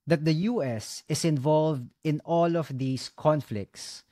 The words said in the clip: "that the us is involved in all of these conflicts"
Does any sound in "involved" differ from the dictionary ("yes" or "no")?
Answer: no